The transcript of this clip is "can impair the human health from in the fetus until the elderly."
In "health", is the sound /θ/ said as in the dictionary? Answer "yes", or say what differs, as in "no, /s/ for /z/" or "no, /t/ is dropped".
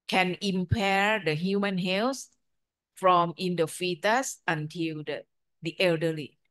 no, /s/ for /θ/